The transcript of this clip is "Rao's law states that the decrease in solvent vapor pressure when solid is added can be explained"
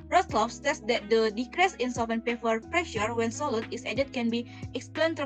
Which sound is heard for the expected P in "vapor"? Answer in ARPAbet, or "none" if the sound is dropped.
F